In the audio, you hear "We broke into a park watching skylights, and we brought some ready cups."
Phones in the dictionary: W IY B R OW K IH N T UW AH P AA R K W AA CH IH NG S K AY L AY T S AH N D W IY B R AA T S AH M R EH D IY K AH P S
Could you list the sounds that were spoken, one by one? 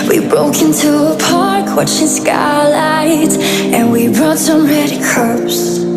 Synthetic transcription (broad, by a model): W IY B R OW K IH N T UW AH P AA R K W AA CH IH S K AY L AY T AH N W IY B R AA T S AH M R EH D IY K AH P S